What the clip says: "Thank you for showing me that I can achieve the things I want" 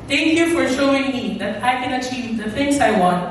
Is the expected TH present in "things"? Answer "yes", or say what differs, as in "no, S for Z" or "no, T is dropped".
no, F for TH